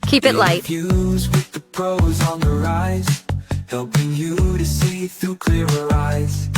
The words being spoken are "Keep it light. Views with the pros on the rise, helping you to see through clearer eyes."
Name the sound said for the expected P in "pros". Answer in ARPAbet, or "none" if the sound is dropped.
P